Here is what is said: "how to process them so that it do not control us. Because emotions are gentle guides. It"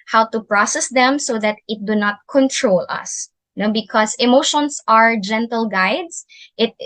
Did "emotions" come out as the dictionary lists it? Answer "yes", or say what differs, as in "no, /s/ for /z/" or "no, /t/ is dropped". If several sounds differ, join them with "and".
no, /s/ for /z/